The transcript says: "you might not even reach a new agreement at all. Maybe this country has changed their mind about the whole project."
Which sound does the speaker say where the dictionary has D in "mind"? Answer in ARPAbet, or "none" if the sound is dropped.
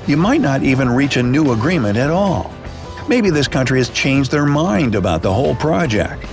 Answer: D